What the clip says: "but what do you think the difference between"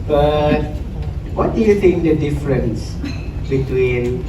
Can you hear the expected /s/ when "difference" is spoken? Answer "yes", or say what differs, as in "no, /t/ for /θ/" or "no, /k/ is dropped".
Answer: yes